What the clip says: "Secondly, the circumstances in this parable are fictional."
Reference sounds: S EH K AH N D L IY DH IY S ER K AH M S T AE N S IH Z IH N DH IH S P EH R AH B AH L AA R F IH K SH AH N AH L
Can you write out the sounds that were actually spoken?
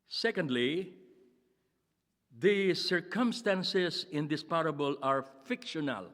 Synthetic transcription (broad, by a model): S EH K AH N D L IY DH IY S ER K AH M S T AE N S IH S IH N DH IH S P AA R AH B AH L AA R F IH K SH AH N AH L